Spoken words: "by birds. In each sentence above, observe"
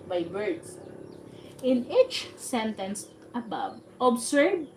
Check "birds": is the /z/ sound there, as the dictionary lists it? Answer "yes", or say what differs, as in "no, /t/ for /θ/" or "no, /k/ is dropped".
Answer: no, /s/ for /z/